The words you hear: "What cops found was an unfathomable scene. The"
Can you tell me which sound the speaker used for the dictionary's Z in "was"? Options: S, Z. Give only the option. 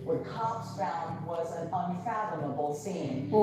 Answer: Z